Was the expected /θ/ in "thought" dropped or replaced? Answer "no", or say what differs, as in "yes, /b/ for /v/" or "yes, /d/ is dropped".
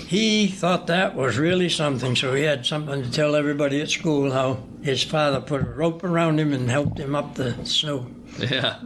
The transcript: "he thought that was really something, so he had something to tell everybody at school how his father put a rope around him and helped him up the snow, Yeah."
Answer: no